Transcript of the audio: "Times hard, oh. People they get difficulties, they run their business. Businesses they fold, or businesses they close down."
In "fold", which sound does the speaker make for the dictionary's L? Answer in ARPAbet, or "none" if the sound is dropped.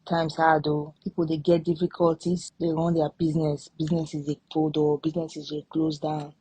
none